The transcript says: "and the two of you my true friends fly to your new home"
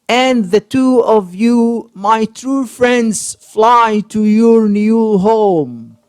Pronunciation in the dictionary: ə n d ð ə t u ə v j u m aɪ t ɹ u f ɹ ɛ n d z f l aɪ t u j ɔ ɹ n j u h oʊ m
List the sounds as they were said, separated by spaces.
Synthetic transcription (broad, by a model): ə n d ð ə t u ə v j u m aɪ t ɹ u f ɹ ɛ n d z f l aɪ t u j ɔ ɹ n j u h oʊ m